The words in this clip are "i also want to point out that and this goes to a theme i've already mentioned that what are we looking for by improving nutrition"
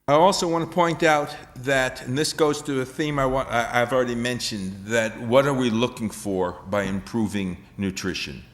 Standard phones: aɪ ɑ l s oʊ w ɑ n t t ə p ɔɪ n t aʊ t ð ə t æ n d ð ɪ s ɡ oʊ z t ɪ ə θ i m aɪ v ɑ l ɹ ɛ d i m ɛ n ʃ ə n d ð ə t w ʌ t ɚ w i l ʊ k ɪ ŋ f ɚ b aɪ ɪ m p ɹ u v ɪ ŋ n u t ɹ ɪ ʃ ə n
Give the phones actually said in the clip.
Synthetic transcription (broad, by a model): aɪ ɑ l s oʊ w ɑ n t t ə p ɔɪ n t aʊ t ð ə t n ð ɪ s ɡ oʊ z t ɪ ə θ i m aɪ w ɑ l ɹ ɛ d i m ɛ n ʃ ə n ð ə t w ʌ t ɚ w i l ʊ k ɪ ŋ f ɚ b aɪ ɪ m p ɹ u v ɪ ŋ n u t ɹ ɪ ʃ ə n